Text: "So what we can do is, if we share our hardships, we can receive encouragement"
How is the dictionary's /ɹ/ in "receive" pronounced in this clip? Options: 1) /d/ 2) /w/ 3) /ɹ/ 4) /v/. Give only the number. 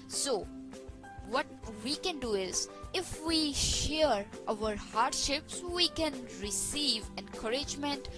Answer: 3